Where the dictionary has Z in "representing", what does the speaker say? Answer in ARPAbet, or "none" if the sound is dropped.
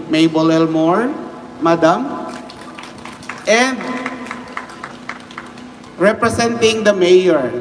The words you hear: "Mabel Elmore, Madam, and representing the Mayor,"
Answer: S